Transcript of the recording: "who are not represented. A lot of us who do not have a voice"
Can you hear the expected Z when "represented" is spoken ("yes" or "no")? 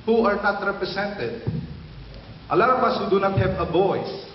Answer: no